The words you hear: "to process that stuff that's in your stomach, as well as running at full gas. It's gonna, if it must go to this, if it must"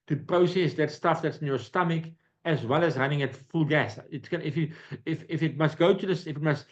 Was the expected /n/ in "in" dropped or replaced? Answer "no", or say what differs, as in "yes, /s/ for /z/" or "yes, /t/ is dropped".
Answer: no